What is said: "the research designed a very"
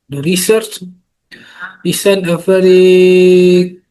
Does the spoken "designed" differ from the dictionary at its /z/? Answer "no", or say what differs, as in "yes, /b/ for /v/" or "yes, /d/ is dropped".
yes, /s/ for /z/